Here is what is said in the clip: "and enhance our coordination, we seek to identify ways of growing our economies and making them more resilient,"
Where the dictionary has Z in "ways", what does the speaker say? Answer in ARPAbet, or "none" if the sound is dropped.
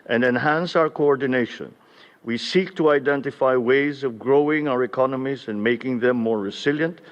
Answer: Z